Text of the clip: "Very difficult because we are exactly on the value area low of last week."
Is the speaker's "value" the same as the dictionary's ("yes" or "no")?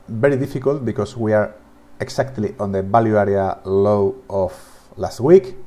no